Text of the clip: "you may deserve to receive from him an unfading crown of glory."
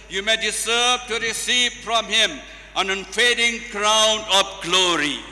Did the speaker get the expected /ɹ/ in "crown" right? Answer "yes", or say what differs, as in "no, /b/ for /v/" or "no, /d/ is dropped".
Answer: yes